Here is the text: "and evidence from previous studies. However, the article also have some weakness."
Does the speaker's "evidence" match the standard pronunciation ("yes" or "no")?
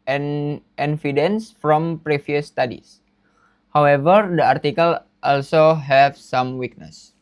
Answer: no